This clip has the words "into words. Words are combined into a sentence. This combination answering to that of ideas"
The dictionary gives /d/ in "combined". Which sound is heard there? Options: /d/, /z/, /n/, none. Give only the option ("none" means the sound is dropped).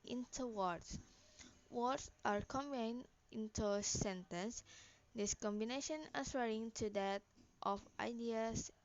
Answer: none